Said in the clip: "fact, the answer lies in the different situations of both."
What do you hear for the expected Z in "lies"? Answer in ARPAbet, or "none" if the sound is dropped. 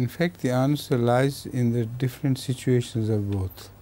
Z